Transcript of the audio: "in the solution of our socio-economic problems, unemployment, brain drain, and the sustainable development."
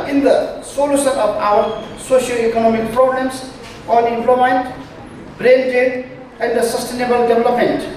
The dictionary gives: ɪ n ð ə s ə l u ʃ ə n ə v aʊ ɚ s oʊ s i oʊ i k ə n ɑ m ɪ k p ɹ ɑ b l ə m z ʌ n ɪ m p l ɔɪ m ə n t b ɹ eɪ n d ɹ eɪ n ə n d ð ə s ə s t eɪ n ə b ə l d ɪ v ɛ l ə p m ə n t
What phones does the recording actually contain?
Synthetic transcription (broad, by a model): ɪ n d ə s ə l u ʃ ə n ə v aʊ ɚ s oʊ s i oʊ i k ə n ɑ m ɪ k p ɹ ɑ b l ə m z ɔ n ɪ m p l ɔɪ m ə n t b ɹ eɪ n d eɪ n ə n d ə s ə s t eɪ n ə b ə l d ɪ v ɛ l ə p m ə n t